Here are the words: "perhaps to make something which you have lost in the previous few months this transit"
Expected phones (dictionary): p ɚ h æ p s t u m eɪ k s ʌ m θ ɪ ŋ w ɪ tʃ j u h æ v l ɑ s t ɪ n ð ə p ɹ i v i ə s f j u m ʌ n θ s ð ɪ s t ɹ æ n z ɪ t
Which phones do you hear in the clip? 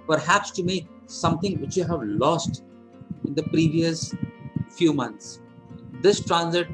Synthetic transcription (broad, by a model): p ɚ h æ p s t u m eɪ k s ʌ m t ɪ ŋ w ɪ tʃ j u h æ v l ɑ s t ɪ n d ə p ɹ i v i ə s f j u m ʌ n t s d ɪ s t ɹ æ n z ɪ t